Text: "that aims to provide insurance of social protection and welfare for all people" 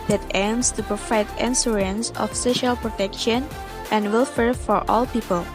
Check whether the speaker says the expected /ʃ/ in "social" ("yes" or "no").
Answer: yes